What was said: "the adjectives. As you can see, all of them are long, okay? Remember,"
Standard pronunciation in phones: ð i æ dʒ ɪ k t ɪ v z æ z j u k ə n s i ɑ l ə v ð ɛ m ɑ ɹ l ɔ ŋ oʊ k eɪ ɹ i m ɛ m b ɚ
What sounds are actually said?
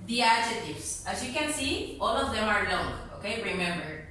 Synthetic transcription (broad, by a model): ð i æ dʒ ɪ t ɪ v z æ z j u k ə n s i ɑ l ə v ð ɛ m ɑ ɹ n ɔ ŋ oʊ k eɪ ɹ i m ɛ m b ɚ